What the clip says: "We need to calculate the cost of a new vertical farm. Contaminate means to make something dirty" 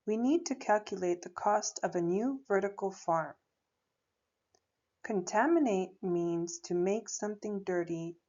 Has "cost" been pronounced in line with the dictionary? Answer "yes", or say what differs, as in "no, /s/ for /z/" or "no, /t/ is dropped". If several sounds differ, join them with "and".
yes